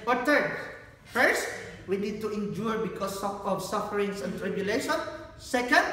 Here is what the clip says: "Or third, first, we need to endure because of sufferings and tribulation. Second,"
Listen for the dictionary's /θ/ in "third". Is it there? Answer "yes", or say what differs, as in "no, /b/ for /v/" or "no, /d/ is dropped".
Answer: no, /t/ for /θ/